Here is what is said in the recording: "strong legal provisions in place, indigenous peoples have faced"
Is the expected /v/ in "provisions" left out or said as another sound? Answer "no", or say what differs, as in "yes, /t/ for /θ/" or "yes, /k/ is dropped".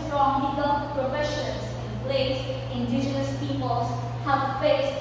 yes, /f/ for /v/